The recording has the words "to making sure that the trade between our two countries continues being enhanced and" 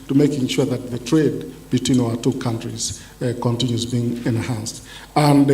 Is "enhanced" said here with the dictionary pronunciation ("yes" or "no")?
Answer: yes